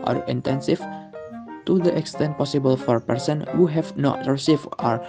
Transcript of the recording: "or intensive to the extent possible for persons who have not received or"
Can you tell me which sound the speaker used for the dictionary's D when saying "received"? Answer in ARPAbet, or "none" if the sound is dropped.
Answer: none